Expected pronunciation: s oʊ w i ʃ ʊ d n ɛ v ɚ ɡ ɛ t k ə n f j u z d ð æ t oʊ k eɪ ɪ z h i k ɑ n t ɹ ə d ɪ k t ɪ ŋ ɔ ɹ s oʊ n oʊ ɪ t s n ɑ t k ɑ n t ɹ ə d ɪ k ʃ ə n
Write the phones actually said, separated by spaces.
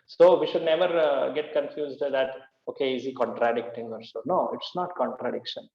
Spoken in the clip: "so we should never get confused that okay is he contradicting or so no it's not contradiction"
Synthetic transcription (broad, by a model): s oʊ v i ʃ ʊ d n ɛ v ɚ ɡ ɛ t k ə n f j u z d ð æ t oʊ k eɪ ɪ z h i k ɑ n t ɹ ə d ɪ k t ɪ ŋ ɔ ɹ s oʊ n oʊ ɪ t s n ɑ t k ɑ n t ɹ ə d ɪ k ʃ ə n